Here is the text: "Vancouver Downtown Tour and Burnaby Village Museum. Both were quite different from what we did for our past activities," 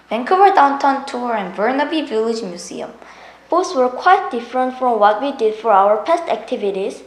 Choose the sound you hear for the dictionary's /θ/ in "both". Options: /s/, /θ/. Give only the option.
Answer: /s/